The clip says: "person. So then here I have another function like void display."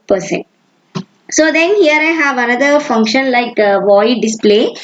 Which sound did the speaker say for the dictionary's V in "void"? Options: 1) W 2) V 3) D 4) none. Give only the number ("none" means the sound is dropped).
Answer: 2